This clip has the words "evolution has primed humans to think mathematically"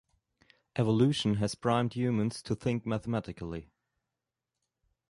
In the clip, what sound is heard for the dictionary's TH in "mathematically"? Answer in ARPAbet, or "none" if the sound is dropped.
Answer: TH